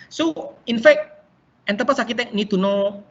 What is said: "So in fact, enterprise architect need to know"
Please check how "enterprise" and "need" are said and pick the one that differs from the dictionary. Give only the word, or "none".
enterprise